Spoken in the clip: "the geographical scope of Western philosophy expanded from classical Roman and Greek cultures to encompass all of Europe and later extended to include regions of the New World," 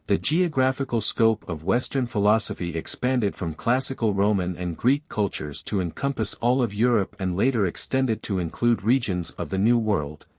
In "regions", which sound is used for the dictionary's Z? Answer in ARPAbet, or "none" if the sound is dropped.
Z